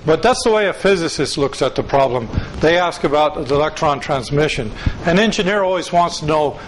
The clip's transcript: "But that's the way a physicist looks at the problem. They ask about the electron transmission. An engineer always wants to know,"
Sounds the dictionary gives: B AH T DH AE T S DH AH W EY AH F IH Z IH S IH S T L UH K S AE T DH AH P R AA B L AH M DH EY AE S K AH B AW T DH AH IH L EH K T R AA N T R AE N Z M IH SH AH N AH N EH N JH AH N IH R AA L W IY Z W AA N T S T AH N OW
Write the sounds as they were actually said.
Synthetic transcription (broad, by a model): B AH T DH AE T S DH AH W EY AH F IH Z IH S IH S T L UH K S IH T DH AH P R AA B L AH M DH EY AE S K AH B AW T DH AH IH L EH K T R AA N T R AE N Z M IH SH AH N AH N EH N JH AH N IH R AA L W IY Z W AA N T S T AH N OW